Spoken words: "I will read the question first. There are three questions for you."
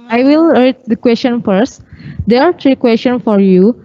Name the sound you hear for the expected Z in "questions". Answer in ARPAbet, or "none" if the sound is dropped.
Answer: none